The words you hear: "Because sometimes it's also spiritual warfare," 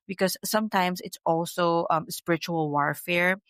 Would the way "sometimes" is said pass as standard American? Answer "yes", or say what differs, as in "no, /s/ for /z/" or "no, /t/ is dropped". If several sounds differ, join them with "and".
no, /s/ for /z/